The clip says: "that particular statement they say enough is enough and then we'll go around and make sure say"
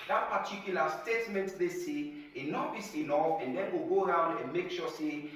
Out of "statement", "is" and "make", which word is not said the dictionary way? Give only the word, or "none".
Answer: is